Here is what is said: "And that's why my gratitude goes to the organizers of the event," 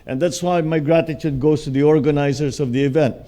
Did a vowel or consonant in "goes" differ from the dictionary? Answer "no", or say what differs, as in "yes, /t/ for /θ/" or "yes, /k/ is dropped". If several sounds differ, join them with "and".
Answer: yes, /s/ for /z/